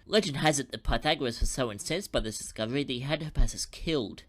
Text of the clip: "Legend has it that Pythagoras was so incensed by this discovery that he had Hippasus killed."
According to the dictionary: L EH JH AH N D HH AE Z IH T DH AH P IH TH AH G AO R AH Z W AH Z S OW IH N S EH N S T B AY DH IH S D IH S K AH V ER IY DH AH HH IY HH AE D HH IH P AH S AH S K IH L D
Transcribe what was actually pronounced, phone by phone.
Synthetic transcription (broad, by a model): L EH JH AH N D HH AE Z IH T DH AH P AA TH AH G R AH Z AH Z S OW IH N S EH N S B AY DH IH S D IH S K AH V ER IY DH AH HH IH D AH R P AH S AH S K IH L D